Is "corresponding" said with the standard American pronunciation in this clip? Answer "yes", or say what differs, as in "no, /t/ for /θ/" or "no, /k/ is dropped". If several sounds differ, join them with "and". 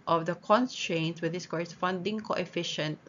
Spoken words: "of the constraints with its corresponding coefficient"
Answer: no, /f/ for /p/